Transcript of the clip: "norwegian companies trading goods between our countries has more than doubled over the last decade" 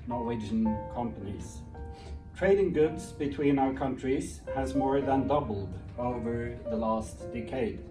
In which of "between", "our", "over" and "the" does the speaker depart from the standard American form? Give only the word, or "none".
none